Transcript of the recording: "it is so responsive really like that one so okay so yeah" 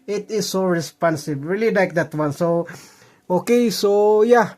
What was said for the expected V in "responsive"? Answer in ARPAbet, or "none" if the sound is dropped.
B